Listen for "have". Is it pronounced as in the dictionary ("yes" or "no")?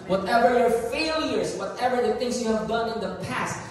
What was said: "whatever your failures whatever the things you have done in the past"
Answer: yes